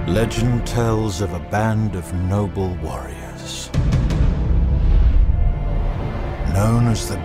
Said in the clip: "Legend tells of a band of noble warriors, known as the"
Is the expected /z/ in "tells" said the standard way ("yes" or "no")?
yes